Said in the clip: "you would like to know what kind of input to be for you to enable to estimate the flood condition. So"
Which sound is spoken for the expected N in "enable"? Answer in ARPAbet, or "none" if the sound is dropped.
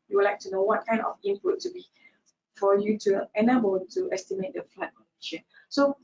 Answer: N